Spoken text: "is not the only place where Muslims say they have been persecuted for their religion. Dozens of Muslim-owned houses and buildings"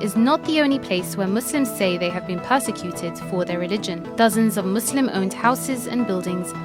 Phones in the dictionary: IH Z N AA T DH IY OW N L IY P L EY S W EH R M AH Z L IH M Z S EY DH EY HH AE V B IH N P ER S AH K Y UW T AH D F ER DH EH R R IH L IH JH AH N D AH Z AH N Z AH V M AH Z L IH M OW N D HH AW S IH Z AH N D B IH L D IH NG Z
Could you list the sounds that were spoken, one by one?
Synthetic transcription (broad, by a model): IH Z N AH T DH IY OW N L IY P L EY S W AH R M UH S L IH M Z S EY DH EY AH V B IH N P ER S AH K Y UW T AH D F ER DH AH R R IH L IH JH AH N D AH Z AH N Z AH V M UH S L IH M OW N D HH AW S IH Z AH N B IH L D IH NG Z